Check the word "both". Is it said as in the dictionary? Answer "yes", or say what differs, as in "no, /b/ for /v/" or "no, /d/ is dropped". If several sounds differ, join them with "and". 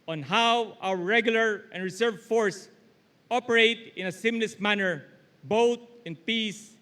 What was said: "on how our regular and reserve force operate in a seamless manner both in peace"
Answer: no, /t/ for /θ/